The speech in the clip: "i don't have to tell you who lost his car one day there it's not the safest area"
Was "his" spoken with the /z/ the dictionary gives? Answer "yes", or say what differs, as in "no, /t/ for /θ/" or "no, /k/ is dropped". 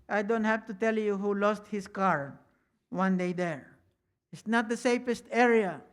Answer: no, /s/ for /z/